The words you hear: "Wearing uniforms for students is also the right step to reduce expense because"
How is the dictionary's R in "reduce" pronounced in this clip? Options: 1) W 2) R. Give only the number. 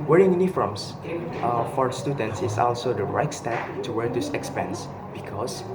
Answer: 1